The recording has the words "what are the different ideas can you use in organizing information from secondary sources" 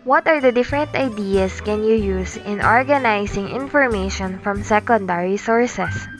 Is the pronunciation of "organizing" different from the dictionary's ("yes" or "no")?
yes